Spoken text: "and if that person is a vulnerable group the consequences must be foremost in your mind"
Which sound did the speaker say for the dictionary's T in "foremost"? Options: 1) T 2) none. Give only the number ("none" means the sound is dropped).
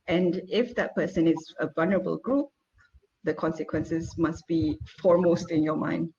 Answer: 1